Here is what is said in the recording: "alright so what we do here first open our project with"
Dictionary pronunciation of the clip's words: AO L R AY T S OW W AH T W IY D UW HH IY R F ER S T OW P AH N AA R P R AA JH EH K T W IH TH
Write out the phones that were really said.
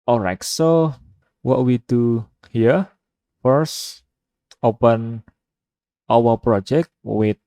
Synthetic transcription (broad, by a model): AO R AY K S OW W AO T W IY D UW HH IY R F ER S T OW P AH N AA W P R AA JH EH K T W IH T